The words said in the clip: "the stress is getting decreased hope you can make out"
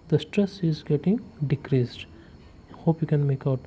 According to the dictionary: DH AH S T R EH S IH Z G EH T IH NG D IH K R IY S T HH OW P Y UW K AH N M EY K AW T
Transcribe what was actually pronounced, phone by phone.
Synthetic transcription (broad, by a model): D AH S T R EH S IH Z G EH T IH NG D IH K R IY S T HH OW P Y UW K AH N M EY K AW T